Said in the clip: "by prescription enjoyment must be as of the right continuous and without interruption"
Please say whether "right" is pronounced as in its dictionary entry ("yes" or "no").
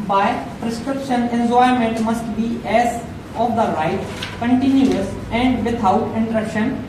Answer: yes